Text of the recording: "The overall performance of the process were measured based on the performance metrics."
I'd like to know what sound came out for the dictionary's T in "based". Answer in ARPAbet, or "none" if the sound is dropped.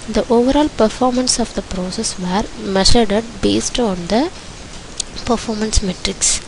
T